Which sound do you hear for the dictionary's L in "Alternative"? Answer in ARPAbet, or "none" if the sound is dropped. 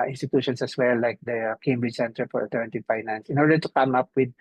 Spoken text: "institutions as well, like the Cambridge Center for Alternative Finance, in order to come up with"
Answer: none